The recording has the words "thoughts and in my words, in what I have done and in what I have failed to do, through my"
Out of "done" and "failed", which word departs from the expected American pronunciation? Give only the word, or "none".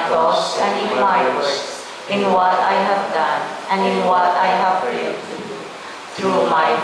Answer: failed